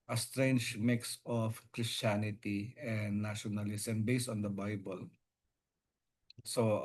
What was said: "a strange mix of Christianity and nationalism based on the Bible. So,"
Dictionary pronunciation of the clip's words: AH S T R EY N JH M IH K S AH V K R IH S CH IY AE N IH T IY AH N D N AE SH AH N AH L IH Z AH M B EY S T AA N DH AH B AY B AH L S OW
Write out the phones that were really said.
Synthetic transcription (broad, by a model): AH S T R EY N JH M IH K S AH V K R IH S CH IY N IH T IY AH N D N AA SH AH N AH L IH S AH M B EY S T AA N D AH B AY B AH L S OW